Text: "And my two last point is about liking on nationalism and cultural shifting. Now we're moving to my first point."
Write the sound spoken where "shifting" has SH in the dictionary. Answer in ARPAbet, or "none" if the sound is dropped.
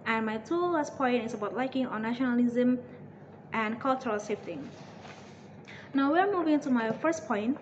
S